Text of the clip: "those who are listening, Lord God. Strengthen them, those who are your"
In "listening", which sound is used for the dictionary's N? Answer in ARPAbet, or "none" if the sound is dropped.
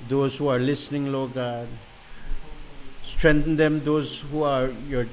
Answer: N